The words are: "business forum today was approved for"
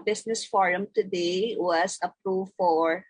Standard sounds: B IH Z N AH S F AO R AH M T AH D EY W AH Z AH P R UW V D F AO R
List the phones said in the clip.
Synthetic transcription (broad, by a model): B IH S N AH S F AO R AH M T AH D EY W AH S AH P R UW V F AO R